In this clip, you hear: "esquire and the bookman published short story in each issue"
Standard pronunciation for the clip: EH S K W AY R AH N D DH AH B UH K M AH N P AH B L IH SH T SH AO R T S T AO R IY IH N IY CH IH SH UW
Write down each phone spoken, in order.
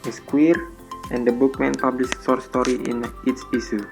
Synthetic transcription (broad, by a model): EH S K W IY R AH N D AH B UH K M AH N P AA B L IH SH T S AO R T S T AO R IY IH N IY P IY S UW